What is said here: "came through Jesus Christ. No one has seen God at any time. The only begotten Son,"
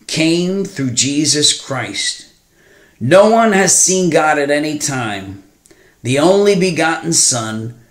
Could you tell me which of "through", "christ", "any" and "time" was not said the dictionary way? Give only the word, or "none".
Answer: none